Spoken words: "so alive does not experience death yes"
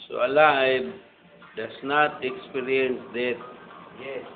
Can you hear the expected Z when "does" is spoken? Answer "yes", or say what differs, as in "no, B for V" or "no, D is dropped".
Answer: no, S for Z